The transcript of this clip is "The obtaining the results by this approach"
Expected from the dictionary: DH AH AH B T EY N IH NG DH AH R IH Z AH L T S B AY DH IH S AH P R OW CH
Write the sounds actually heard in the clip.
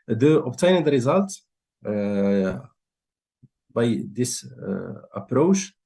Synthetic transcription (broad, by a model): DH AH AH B T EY IH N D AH R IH Z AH L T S B AY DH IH S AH P R OW CH